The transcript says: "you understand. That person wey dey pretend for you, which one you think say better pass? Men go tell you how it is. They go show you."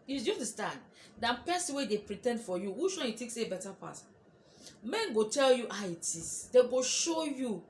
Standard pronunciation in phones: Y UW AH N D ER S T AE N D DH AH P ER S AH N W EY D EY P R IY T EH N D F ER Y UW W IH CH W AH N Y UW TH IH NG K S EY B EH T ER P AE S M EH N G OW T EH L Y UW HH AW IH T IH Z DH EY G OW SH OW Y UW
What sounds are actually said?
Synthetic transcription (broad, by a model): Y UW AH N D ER S T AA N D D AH P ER S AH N W EY D EY P R IY T EH N D F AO Y UW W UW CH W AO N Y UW T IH K S EY B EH T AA P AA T M EH N G OW T EH L Y UW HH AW IH T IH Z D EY G OW SH OW Y UW